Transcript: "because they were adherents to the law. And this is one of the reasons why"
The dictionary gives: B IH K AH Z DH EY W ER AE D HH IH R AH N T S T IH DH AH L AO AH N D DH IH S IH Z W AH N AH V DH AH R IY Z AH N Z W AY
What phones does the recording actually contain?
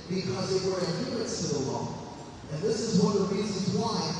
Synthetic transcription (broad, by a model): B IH K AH Z DH EY W ER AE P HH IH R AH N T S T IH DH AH L AO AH N DH IH S IH Z W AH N DH AH R IY Z AH N Z W AY